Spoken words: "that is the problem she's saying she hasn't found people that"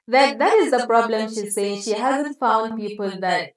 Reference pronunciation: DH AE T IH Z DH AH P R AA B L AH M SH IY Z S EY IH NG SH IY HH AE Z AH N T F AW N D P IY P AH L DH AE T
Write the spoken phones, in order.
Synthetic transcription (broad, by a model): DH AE T IH Z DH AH P R AA B L AH M SH IY Z S EY IH NG SH IY HH AE Z AH N T F AW N D P IY P AH L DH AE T